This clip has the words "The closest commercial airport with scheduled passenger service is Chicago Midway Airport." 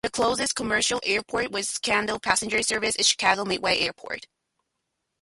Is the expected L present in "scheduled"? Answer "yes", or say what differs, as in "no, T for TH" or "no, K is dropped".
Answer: no, N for L